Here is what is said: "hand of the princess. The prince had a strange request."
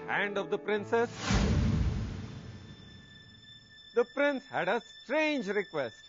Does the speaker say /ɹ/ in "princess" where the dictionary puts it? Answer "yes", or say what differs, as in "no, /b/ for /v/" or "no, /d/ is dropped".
yes